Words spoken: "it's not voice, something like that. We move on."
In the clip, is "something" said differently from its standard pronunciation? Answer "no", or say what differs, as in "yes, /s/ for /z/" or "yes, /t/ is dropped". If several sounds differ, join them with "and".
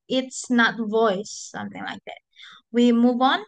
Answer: no